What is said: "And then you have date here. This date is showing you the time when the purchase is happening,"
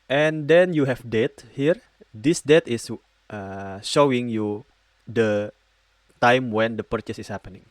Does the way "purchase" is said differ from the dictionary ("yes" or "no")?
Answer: no